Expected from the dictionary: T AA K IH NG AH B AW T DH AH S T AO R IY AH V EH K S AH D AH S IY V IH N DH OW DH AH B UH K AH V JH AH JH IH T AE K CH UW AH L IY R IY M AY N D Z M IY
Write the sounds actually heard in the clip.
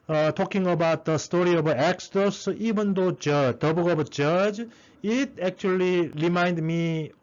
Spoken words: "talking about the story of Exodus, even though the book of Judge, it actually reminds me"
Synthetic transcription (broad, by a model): T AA K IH NG AH B AW T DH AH S T AO R IY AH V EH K S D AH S IY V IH N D OW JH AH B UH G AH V JH AH JH IH T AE K CH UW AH L IY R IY M AY N D M IY